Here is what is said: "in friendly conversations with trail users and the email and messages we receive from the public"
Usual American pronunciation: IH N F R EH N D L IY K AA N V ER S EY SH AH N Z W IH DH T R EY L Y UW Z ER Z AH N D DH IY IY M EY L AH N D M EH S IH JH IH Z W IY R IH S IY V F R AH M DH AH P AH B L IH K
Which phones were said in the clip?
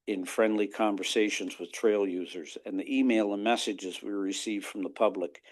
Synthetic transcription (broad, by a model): IH N F R EH N D L IY K AA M V ER S EY SH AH N Z W IH DH T R EY L Y UW Z ER Z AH N DH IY IY M EY L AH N M EH S IH JH IH Z W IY R IH S IY V F R AH M DH AH P AH B L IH K